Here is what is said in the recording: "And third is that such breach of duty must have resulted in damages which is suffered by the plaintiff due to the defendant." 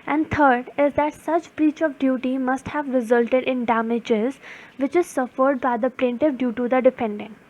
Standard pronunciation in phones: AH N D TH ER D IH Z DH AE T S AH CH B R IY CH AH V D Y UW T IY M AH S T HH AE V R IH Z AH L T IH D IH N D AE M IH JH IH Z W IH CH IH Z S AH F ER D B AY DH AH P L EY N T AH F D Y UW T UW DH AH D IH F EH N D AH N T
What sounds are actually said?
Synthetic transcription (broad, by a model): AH N D T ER D IH Z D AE T S AH CH B R IY CH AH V D Y UW T IY M AH S T HH AE V R IH Z AH L T IH D IH N D AE M IH JH IH Z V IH CH IH Z S AH F ER D B AY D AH P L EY N T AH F D Y UW T UW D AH D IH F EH N D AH N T